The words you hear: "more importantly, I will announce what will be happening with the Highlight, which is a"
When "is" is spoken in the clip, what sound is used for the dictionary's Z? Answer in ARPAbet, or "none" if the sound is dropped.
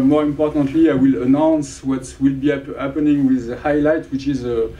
Z